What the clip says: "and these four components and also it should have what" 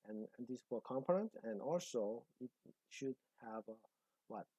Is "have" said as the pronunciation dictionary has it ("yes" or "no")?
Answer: yes